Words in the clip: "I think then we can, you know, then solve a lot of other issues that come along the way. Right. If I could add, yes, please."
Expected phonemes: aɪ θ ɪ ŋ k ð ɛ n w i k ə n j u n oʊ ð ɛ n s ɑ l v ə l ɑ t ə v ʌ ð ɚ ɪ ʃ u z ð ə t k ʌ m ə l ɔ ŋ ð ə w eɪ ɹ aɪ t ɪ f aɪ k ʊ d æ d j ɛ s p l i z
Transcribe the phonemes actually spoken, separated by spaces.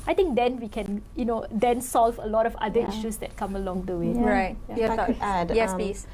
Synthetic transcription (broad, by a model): aɪ t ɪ ŋ k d ɛ n w i k ə n j u n oʊ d ɛ n s ɑ l v ə l ɑ t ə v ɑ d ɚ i ʃ u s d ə t k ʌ m ə l ɔ ŋ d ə w eɪ ɹ aɪ t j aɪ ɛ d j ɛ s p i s